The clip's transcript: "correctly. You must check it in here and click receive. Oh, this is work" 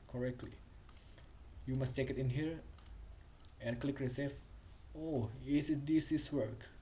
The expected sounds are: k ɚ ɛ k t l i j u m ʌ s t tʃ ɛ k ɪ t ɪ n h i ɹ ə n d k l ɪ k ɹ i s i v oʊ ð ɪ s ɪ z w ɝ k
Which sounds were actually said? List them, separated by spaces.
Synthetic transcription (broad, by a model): k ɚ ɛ k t l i j u m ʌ s t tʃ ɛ k ɪ t ɪ n h i ɹ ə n k l ɪ k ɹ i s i f oʊ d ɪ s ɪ s w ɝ k